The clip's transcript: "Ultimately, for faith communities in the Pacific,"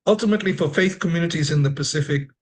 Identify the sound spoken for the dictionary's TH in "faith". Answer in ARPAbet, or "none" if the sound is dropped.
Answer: TH